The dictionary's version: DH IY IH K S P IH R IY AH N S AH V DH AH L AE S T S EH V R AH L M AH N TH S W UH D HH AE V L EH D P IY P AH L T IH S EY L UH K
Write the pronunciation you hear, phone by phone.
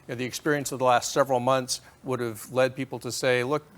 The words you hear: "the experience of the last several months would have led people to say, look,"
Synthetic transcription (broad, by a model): DH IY IH K S P IH R IY AH N S AH V DH AH L AE S T S EH V R L M AH N TH S W UH D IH V L EH D P IY P L T IH S EY L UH K